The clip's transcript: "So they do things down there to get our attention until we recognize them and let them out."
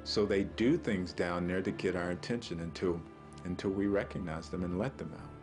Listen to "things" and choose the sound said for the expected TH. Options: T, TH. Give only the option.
TH